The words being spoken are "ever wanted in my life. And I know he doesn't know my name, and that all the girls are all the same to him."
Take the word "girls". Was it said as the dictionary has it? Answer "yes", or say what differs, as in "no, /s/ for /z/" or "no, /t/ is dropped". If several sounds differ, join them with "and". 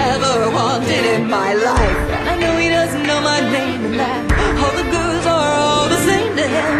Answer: no, /l/ is dropped